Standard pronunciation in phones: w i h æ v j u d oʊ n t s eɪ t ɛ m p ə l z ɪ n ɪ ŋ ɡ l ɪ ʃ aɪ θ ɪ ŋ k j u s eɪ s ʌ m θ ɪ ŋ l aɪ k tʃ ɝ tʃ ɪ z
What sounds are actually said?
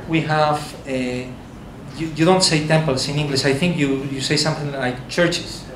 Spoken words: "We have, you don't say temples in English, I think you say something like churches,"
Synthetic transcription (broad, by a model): w i h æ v j u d oʊ n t s eɪ t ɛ m p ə l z ɪ n ɪ ŋ ɡ l ɪ ʃ aɪ θ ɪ ŋ k j u s eɪ s ʌ m θ ɪ ŋ l aɪ k tʃ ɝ tʃ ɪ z